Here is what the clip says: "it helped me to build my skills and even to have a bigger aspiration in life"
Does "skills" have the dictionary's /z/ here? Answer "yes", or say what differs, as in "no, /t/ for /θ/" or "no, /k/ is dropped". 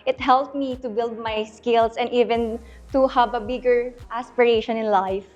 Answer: no, /s/ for /z/